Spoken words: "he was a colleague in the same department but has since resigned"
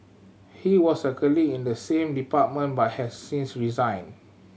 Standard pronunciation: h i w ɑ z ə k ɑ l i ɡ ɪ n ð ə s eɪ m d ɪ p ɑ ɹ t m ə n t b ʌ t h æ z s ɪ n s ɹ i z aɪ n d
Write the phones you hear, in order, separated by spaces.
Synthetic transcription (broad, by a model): h i w ɑ s ə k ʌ l i ɪ n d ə s eɪ m d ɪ p ɑ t m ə n b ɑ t h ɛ s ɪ n s ɹ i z aɪ n